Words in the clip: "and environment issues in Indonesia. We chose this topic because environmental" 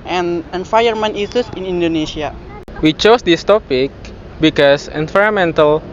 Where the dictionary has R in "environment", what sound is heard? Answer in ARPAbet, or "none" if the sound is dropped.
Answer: none